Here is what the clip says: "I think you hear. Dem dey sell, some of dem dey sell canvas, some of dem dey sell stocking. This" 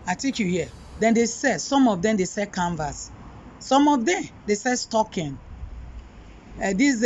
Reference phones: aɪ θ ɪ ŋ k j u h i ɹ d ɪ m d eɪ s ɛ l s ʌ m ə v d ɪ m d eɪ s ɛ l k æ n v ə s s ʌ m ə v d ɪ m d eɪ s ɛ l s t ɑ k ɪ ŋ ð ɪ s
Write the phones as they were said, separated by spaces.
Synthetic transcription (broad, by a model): aɪ t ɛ k j u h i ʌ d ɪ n d eɪ s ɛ s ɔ m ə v d ɪ m d eɪ s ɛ k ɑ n v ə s s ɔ m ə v d ɪ m d eɪ s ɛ s t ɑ k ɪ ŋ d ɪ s